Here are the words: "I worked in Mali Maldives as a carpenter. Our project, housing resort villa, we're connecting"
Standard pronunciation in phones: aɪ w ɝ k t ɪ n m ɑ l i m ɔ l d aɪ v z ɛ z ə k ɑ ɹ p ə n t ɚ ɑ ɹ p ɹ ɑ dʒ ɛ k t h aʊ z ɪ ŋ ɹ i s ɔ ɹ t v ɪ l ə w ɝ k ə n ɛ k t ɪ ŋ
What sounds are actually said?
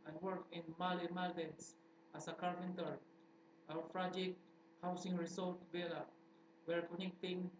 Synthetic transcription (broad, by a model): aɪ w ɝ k ɪ n m ɑ l i m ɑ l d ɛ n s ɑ s ə k ɑ ɹ p ə n t ɚ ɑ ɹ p ɹ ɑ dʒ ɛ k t h aʊ s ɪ ŋ ɹ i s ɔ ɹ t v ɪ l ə w ɝ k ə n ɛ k t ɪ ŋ